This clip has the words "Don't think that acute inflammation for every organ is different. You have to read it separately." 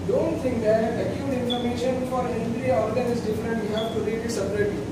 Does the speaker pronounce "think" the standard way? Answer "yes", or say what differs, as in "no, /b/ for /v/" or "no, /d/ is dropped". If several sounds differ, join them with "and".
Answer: no, /t/ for /θ/